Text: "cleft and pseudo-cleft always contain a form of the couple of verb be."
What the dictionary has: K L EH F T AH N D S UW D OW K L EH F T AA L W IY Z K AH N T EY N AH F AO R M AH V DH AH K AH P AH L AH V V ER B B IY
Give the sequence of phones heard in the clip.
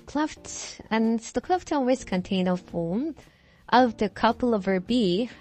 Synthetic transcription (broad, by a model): K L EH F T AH N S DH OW K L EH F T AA N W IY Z K AH N T EY N AH F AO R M AH V DH AH K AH P L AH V V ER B B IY